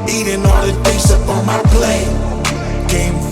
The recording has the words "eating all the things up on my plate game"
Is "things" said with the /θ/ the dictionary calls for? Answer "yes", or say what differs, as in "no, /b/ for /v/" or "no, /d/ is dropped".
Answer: no, /t/ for /θ/